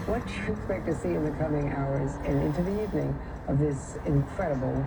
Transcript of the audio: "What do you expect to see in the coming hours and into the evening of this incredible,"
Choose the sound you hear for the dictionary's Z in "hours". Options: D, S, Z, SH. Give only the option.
Z